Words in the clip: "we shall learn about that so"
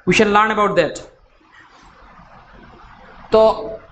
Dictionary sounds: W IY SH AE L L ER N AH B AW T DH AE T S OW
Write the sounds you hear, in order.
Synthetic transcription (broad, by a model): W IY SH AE N L ER N AH B AW T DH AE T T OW